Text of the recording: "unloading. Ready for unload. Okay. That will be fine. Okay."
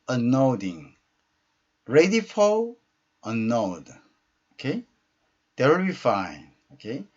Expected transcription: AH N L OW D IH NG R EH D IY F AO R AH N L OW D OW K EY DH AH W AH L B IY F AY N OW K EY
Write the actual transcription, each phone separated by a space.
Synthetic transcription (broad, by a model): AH N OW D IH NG R EH D IY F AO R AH N OW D OW K EY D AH W AH L B IY F AY N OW K EY